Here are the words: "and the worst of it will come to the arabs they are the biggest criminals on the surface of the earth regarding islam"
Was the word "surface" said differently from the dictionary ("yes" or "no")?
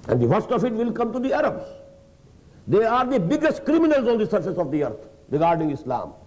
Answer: no